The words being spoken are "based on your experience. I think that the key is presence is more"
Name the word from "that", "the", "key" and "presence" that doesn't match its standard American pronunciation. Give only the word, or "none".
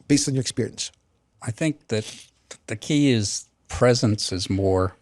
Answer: none